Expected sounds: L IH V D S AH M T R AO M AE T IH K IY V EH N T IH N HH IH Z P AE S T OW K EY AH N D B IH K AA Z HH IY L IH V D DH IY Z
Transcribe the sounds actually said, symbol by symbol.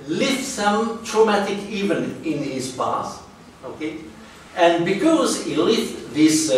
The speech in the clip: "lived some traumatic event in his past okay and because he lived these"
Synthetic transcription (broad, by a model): L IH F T S AH M T R AO M AE T IH K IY V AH N IH N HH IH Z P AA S OW K EY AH N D B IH K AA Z HH IY L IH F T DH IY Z